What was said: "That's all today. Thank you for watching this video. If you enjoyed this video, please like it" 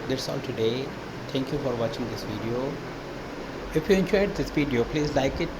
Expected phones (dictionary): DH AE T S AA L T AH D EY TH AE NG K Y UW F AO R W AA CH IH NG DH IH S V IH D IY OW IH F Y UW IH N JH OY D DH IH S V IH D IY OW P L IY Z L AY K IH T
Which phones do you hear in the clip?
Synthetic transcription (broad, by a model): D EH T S AA L T AH D EY T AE NG K Y UW F AO R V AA CH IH NG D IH S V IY D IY OW IH F Y UW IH N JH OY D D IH S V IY D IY OW P L IY Z L AY K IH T